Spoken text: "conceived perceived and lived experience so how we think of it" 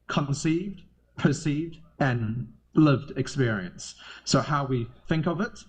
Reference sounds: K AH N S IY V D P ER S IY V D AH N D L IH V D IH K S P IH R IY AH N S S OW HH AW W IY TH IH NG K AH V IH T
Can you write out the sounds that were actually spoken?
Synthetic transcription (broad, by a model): K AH N S IY V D P ER S IY V D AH N L IH V D IH K S P IH R IY AH N S S OW HH AW W IY TH IH NG K AH V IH T